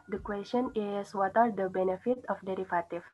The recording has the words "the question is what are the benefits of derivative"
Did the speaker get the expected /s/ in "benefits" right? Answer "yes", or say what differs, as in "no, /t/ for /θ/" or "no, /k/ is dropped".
no, /s/ is dropped